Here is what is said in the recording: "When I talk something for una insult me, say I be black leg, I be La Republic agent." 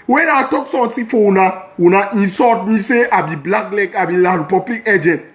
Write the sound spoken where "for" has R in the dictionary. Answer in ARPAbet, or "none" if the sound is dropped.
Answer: W